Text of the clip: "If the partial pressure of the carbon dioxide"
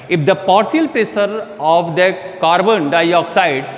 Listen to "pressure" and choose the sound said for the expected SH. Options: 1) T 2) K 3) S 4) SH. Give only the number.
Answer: 3